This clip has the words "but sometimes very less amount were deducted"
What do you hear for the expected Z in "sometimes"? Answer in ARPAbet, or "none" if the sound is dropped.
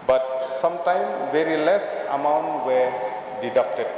none